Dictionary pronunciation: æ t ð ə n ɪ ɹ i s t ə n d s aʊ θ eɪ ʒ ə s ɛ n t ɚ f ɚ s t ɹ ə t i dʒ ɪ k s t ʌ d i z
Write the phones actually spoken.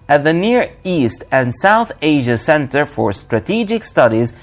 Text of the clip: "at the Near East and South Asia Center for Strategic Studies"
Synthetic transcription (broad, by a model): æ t ð ə n ɪ ɹ i s t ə n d s aʊ θ eɪ ʒ ə s ɛ n t ɚ f ɚ s t ɹ ə t i dʒ ɪ k s t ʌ d i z